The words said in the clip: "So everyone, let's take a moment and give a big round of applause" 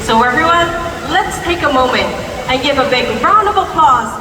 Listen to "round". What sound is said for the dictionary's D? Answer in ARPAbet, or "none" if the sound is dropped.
none